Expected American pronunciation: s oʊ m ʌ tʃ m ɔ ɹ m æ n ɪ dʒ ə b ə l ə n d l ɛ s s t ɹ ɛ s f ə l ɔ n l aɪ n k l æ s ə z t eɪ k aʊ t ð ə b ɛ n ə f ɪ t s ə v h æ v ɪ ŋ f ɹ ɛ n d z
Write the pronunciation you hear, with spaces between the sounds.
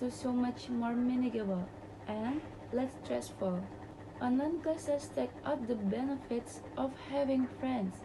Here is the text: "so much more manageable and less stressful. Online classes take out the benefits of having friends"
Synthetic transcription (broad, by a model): s oʊ m ʌ tʃ m ɔ ɹ m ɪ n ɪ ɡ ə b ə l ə n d l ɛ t s t ɹ ɛ s f ə l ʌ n aɪ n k ʌ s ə s t eɪ k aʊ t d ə b ɛ n ə f ɪ t s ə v h æ v ɪ ŋ f ɹ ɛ n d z